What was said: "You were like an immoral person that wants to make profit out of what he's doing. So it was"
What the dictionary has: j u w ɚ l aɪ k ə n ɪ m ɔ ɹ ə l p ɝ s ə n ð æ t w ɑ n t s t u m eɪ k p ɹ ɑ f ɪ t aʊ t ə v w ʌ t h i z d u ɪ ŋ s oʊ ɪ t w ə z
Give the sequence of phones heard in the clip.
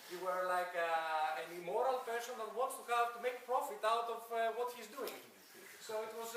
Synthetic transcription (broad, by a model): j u w ɚ l aɪ k ə n ɪ m ɔ ɹ ə l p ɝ ʃ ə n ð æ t w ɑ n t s t u m eɪ k p ɹ ɑ f ɪ t aʊ t ə v w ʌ t h i z d u ɪ ŋ s oʊ ɪ t w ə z